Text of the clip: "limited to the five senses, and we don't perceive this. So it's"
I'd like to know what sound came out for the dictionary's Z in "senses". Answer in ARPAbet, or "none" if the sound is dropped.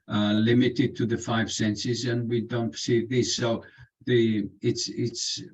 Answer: Z